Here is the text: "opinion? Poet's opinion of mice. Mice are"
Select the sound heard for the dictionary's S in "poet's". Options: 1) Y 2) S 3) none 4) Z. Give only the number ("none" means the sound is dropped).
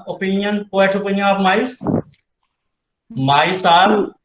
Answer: 3